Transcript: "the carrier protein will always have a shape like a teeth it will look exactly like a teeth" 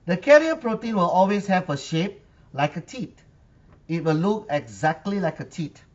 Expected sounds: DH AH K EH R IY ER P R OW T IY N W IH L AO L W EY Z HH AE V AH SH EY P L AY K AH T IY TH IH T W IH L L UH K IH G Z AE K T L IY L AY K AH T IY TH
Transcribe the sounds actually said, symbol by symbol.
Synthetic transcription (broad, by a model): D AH K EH R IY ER P R OW T IY N W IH L AO L W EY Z HH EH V AH SH EY P L AY K AH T IY T IH T W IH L L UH K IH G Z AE K T L IY L AY K AH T IY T